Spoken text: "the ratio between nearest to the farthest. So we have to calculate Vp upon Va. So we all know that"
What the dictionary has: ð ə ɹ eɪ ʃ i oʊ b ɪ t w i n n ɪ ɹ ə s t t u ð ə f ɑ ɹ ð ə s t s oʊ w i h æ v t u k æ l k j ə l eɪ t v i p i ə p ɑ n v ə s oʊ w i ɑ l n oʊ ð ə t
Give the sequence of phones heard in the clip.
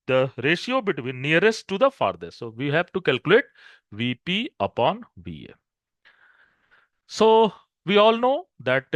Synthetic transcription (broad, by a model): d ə ɹ eɪ ʃ i oʊ b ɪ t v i n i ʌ ɹ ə s t t u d ə f ɑ ɹ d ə t s oʊ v i h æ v t u k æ l k j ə l eɪ t v i p i ə p ɑ n v ə s oʊ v i ɑ l n oʊ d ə t